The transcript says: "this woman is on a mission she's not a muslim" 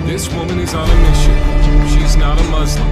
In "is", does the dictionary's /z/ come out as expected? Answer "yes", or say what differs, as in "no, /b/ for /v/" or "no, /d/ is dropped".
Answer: yes